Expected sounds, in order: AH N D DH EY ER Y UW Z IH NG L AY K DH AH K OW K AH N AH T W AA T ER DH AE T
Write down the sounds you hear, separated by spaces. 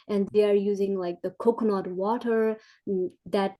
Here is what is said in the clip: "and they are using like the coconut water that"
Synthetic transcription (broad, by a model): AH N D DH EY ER Y UW Z IH NG L AY K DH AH K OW K N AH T W AA T ER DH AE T